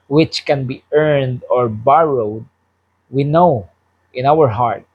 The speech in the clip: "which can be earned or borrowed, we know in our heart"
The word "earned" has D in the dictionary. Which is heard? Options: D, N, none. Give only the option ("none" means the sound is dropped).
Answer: D